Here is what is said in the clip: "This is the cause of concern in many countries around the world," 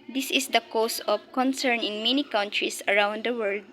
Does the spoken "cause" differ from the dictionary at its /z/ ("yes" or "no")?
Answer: yes